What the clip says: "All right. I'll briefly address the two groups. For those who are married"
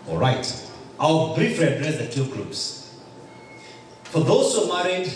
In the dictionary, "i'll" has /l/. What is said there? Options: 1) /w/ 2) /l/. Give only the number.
1